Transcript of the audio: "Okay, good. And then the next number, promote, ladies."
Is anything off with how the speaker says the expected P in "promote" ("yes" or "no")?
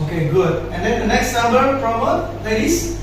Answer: yes